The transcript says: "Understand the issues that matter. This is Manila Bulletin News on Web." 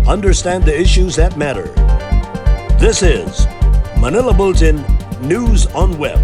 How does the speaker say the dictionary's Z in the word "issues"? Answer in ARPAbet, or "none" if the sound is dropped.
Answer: Z